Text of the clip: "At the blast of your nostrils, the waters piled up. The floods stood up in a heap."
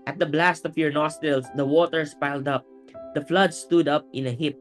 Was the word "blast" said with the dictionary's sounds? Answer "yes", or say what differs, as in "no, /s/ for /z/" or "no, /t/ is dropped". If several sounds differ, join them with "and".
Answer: yes